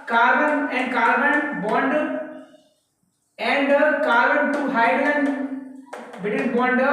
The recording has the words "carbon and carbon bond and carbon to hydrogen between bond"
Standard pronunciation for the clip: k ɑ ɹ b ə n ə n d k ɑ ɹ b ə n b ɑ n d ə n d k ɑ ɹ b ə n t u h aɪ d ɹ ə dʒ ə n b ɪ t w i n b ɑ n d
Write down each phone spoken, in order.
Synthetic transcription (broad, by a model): k ɑ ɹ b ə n ə n d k ɑ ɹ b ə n b ɑ n d ə n d k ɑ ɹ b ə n t u h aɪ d l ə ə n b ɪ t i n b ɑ n d